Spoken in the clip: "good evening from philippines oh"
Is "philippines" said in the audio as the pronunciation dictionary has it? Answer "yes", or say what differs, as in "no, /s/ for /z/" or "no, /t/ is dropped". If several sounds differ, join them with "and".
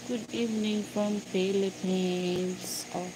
no, /p/ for /f/